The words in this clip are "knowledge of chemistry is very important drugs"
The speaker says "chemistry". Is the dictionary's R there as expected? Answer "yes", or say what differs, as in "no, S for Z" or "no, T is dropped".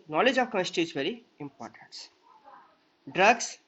no, R is dropped